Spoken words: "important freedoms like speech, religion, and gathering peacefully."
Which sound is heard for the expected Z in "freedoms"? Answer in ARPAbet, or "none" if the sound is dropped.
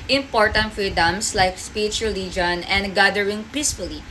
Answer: S